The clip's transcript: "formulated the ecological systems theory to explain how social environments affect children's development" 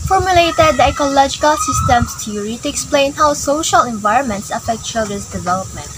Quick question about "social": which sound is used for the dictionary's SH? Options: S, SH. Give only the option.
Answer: SH